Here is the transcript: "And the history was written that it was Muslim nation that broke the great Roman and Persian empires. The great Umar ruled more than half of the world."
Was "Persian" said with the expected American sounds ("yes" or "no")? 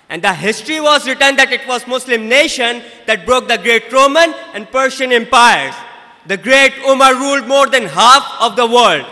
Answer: no